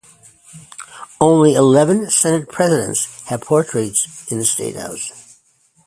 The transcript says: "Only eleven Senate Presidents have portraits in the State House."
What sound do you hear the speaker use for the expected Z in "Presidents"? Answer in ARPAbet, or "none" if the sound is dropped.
Z